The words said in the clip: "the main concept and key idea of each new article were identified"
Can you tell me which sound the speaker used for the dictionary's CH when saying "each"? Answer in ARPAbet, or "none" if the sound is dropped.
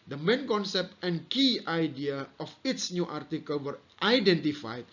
S